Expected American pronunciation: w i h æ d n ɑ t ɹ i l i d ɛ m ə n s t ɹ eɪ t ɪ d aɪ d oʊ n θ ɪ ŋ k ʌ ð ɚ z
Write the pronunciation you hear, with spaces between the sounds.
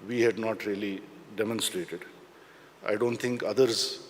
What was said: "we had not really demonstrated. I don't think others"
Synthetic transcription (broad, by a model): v i h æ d n ɑ t ɹ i l i d ɛ m ə n s t ɹ eɪ t ɪ d aɪ d oʊ n t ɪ ŋ k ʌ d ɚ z